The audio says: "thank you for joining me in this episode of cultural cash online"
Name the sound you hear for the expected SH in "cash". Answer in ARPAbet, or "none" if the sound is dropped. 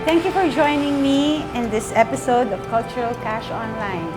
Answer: SH